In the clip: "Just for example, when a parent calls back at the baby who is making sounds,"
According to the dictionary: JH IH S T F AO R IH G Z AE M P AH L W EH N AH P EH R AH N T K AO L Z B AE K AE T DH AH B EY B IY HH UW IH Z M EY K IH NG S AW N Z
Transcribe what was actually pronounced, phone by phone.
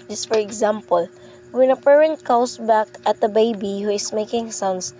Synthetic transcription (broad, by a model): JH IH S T F AO R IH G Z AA M P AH L W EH N AH P EH R AH N T K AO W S B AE K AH T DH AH B EY B IY HH UW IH S M EY K IH NG S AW N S